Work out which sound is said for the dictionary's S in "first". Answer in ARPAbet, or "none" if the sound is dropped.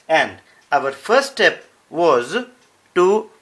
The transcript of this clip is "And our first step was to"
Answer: none